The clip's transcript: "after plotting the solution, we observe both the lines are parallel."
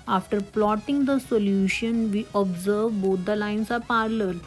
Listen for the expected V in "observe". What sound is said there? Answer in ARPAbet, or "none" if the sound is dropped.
V